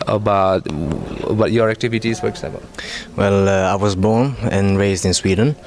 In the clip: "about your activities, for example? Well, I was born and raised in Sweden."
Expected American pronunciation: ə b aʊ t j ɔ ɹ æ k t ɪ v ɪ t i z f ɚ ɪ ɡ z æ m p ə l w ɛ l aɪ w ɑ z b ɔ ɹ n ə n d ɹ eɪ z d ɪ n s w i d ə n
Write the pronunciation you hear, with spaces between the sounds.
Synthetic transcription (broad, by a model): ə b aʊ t j ɔ ɹ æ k t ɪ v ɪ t i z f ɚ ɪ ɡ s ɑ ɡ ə n w ɛ l aɪ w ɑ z b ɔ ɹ n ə n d ɹ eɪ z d ɪ n s w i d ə n